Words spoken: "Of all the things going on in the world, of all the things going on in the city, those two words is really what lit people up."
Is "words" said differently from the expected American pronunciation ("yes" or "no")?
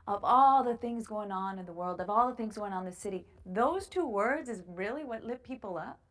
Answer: no